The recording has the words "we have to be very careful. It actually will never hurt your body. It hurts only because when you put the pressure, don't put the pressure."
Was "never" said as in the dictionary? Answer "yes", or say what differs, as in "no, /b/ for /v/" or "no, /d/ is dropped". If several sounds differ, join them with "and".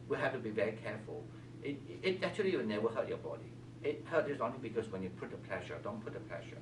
no, /w/ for /v/